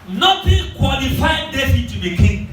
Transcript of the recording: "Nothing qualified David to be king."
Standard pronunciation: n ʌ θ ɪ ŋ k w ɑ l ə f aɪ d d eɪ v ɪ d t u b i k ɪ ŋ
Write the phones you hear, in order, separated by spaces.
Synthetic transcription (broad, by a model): n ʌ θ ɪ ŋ k w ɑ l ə f aɪ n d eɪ f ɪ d t u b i k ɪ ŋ